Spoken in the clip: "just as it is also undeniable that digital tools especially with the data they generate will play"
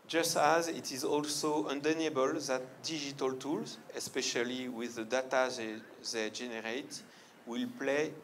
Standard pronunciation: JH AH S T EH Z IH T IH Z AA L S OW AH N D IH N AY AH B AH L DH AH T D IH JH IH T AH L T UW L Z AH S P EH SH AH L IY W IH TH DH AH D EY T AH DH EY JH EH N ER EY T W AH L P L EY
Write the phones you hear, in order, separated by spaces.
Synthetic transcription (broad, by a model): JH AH S T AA Z IH T IH Z AA L S OW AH N D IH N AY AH B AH L DH AH T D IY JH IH T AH L T UW L Z AH S P EH SH AH L IY W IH DH AH D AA T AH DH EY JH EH N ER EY T W AH L P L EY